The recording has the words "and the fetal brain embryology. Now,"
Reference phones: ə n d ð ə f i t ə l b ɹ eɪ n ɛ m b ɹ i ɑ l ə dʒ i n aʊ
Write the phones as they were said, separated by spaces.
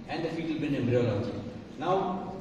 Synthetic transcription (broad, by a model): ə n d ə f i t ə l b eɪ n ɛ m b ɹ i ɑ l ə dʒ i n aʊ